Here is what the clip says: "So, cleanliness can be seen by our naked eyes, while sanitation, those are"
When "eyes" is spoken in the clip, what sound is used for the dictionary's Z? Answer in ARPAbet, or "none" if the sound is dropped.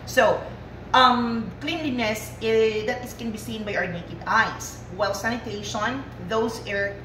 S